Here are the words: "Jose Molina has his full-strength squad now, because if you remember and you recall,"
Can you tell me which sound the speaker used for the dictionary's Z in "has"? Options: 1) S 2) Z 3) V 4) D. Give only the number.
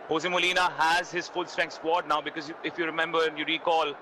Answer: 2